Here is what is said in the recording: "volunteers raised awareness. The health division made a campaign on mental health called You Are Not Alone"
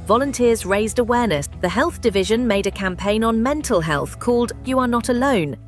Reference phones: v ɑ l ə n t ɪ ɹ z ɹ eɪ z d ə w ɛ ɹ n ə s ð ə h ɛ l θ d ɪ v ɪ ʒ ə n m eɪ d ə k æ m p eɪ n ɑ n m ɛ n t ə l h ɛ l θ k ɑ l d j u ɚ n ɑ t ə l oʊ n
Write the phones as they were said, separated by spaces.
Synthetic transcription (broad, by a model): v ɑ l ə n t ɪ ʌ z ɹ eɪ z d ə w ɛ n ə s ð ə h ɛ l θ d ɪ v ɪ ʒ ə n m eɪ d ə k æ m p eɪ n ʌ n m ɛ n t ə l h ɛ l θ k ɑ l d j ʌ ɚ n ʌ t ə l oʊ n